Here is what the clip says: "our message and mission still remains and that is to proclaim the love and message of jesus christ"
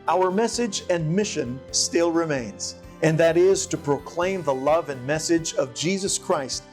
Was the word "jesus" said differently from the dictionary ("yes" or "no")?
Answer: no